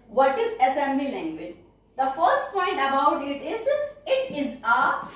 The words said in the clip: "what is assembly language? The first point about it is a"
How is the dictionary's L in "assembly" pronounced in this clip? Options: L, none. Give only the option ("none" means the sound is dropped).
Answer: L